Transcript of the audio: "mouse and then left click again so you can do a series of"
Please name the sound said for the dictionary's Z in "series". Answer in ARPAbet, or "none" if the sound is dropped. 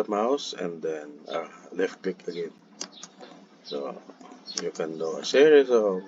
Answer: S